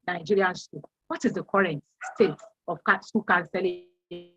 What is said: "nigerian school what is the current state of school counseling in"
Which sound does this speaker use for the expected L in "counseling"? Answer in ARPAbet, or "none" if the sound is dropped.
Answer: none